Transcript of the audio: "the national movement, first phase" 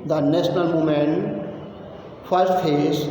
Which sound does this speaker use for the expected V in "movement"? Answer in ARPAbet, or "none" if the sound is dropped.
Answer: none